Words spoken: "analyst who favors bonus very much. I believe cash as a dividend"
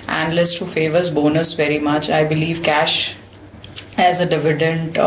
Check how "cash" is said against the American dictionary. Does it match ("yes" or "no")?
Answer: yes